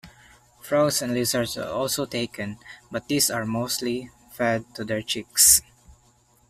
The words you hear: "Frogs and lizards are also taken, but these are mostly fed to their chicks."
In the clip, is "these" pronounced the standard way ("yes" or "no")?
no